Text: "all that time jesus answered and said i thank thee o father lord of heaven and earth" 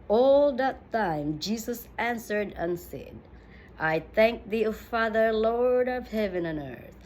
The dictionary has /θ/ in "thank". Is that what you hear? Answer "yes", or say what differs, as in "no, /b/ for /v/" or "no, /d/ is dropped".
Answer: yes